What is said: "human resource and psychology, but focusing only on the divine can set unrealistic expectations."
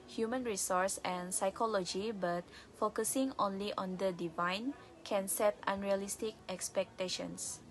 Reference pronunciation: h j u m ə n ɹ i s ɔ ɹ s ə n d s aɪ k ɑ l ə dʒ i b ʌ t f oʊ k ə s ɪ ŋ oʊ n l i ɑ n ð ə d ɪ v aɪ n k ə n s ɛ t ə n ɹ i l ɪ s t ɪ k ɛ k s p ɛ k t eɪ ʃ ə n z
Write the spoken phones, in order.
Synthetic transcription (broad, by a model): h j u m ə n ɹ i s ɔ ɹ s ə n s aɪ k ɑ l ə dʒ i b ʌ t f oʊ k ə s ɪ ŋ oʊ n l i ɑ n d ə d ɪ v aɪ n k ə n s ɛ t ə n ɹ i l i s t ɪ k ɛ k s p ɛ k t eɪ ʃ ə n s